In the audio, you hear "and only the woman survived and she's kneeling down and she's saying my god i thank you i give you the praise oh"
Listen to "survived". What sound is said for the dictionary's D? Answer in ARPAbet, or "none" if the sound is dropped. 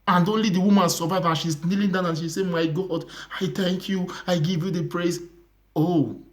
none